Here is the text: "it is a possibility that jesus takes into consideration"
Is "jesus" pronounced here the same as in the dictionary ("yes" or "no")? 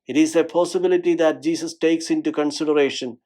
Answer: no